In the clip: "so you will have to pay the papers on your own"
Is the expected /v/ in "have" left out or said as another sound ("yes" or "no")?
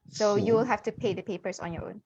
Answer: yes